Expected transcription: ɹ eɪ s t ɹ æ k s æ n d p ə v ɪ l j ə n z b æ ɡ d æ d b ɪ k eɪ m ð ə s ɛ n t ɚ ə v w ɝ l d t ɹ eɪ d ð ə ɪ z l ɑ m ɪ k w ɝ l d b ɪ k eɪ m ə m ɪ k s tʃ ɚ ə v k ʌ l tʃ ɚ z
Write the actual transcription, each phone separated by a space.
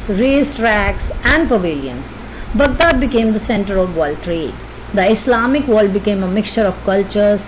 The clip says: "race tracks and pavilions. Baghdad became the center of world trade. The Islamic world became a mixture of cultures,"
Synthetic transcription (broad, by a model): ɹ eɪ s t ɹ æ k s æ n d p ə v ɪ l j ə n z b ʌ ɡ d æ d b ɪ k eɪ m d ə s ɛ n t ɚ ə v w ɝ l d t ɹ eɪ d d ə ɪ s l ɑ m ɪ k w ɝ l d b ɪ k eɪ m ə m ɪ k s tʃ ɚ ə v k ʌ l tʃ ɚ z